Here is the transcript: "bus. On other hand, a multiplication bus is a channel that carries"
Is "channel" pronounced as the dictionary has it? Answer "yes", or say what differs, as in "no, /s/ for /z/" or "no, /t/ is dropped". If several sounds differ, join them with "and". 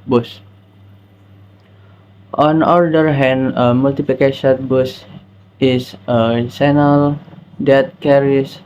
no, /s/ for /tʃ/